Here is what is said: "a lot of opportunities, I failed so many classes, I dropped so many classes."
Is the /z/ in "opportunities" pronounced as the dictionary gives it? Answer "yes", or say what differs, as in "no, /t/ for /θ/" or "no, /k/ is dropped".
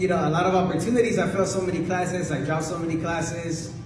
yes